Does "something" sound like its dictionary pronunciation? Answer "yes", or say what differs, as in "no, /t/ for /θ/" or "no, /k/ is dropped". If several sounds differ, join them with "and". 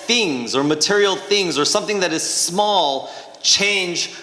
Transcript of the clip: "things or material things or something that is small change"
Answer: yes